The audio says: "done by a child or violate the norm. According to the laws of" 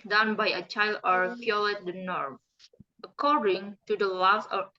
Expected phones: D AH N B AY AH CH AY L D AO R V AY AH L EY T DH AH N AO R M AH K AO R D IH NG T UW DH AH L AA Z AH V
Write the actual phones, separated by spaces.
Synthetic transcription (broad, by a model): D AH N B AY AH CH AY L D AO R F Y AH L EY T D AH N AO R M AH K AO R D IH NG T UW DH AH L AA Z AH